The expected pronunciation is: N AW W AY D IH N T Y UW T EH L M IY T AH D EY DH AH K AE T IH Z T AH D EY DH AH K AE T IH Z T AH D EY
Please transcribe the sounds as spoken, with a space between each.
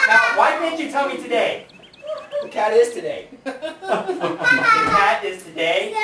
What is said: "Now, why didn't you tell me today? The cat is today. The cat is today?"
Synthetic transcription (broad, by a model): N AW W AY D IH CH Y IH T EH L M IY T AH D EY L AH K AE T IH Z T AH D EY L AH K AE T IH Z T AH D EY